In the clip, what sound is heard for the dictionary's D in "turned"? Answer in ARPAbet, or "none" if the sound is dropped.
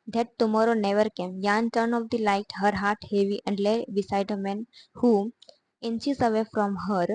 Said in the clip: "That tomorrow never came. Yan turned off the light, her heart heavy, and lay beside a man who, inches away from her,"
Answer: none